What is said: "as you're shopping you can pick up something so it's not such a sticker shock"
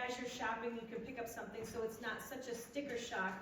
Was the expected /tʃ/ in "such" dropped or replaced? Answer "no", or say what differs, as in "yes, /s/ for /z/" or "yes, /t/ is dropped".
no